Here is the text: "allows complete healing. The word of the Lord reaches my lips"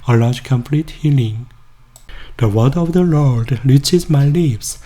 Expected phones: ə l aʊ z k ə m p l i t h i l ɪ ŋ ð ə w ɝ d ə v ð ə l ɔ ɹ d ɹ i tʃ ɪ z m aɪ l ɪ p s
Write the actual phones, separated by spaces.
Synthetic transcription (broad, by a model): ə l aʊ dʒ k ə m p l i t h i l ɪ ŋ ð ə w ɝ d ə v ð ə l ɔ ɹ d l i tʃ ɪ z m aɪ l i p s